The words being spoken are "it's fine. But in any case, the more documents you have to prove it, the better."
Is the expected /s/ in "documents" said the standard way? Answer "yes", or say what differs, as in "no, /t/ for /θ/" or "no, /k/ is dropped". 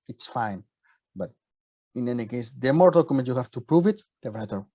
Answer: no, /s/ is dropped